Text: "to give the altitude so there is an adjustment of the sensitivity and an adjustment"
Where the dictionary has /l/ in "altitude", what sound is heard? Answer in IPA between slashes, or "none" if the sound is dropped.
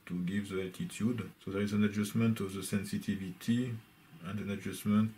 none